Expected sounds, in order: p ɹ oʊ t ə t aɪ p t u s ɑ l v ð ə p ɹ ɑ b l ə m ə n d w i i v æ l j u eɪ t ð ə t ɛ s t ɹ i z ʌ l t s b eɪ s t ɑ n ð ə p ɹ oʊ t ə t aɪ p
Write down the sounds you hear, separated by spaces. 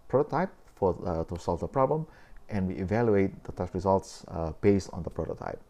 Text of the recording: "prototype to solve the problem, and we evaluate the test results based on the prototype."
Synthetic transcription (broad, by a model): p ɹ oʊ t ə t aɪ p t u s ɑ l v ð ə p ɹ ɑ b l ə m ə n w i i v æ l j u eɪ t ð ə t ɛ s ɹ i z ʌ l t s b eɪ s t ɑ n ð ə p ɹ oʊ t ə t aɪ p